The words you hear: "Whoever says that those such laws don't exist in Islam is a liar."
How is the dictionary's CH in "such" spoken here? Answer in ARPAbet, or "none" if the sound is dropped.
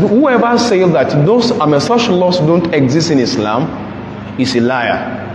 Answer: SH